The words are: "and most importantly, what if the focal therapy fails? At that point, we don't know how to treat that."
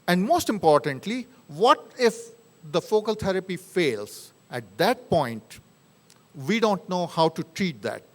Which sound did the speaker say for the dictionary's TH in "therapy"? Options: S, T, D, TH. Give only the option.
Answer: T